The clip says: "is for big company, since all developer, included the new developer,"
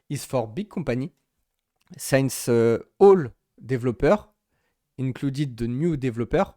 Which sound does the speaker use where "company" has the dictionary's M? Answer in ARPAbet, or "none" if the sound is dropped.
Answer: none